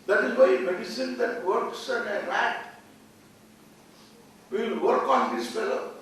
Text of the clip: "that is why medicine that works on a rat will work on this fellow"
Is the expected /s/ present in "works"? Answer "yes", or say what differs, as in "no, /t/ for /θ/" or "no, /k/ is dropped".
yes